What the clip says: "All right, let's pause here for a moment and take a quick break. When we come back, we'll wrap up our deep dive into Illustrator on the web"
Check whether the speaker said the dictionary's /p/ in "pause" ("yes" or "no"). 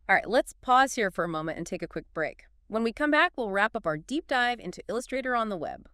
yes